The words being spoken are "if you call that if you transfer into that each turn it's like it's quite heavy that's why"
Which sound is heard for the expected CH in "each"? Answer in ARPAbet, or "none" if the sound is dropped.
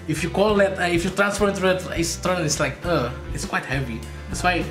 S